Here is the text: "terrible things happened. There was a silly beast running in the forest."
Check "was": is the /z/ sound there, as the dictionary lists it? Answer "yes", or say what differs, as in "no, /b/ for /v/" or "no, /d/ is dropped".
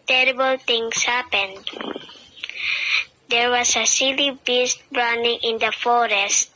no, /s/ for /z/